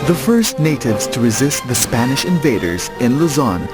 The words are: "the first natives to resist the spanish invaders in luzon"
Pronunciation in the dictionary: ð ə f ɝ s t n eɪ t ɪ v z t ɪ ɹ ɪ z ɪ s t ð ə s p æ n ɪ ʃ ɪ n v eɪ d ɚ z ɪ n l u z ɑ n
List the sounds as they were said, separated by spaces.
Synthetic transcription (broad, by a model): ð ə f ɝ s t n eɪ t ɪ v z t ɪ ɹ ɪ z ɪ s t ð ə s p æ n ɪ ʃ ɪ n v eɪ d ɚ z ɪ n l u z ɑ n